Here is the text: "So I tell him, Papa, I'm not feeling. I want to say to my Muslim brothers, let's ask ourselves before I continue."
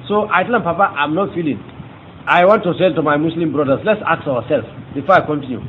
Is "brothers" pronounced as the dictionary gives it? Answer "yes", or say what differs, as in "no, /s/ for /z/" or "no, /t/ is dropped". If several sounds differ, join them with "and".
no, /s/ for /z/